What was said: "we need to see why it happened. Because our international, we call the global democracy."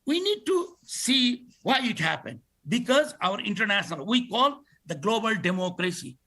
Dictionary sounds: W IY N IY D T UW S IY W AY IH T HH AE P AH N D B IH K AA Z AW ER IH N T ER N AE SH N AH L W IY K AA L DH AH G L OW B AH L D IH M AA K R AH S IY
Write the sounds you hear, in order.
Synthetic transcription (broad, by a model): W IY N IY D T UW S IY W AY IH T HH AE P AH N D B IH K AA Z AW ER IH N T ER N AE SH N AH L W IY K AA L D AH G L OW B AH L D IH M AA K R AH S IY